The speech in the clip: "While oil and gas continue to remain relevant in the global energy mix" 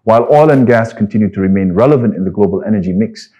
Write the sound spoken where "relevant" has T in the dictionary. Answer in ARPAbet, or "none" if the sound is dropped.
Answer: T